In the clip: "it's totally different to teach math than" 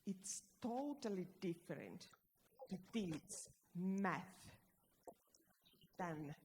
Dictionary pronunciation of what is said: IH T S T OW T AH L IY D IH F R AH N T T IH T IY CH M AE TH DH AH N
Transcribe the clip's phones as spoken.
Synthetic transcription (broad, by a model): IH T S T OW T AH L IY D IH F R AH N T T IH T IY S M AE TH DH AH N